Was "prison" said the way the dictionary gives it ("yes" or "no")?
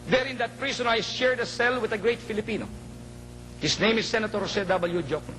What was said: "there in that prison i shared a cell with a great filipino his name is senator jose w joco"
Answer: no